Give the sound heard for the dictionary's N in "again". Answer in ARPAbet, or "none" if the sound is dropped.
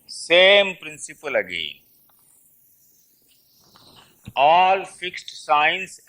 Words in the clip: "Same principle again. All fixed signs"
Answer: none